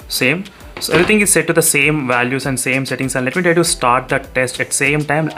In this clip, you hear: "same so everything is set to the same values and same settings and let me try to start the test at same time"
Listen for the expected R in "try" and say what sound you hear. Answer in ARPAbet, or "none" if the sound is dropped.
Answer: none